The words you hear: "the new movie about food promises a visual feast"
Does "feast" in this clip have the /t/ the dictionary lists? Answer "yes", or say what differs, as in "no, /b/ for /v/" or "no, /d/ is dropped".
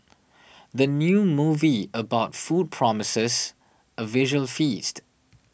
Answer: yes